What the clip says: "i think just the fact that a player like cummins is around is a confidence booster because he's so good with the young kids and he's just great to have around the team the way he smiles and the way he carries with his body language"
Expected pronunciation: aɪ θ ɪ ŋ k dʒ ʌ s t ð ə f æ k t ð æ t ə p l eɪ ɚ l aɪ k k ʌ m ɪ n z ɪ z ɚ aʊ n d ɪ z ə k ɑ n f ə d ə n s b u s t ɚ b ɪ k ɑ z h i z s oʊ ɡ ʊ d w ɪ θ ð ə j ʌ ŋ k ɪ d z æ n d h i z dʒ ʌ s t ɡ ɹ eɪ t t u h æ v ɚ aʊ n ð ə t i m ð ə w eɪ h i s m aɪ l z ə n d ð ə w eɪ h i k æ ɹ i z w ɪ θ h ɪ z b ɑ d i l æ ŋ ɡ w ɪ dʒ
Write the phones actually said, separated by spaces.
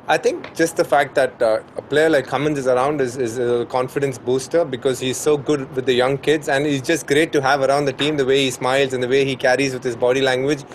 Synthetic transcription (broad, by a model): aɪ t ɪ ŋ k dʒ ʌ s t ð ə f æ k t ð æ t ə p l eɪ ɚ l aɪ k k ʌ m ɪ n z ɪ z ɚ aʊ n d ɪ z ə k ɑ n f ə d ə n s b u s t ɚ b ɪ k ɑ z h i z s oʊ ɡ ʊ d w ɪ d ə j ʌ ŋ k ɪ d z æ n d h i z dʒ ʌ s t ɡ ɹ eɪ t t u h æ v ɚ aʊ n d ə t i m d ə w eɪ h i s m aɪ l z ə n d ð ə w eɪ h i k æ ɹ i z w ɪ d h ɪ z b ɑ d i l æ ŋ ɡ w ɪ dʒ